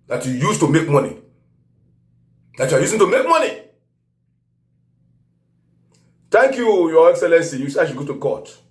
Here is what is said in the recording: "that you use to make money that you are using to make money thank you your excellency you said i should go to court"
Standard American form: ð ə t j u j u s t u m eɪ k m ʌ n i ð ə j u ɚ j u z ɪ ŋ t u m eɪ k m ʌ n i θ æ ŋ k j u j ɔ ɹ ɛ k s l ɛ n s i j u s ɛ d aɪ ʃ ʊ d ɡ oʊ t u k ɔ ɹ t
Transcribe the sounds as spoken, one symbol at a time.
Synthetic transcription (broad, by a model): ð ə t j u j u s t u m eɪ k m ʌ n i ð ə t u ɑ j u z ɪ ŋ t u m eɪ k m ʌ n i t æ ŋ k j u j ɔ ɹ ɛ k s l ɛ n s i j u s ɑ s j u ɡ oʊ t u k ɔ t